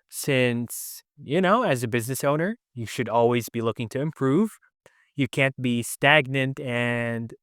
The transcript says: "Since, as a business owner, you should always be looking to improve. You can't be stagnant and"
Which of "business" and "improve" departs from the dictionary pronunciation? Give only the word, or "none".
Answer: none